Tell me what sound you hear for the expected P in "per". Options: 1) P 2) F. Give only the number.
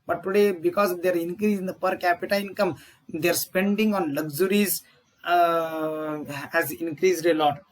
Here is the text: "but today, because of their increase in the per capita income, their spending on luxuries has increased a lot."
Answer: 1